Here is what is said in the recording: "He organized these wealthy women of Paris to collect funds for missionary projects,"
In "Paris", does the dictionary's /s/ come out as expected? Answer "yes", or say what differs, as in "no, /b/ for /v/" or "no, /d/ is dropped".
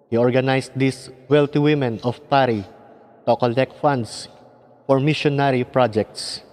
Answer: no, /s/ is dropped